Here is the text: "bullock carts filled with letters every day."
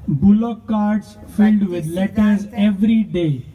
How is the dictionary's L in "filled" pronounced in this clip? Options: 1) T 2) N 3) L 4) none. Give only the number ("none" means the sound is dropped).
3